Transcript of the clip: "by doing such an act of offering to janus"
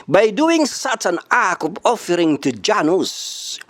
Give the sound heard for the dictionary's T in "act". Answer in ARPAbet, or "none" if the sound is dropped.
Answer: none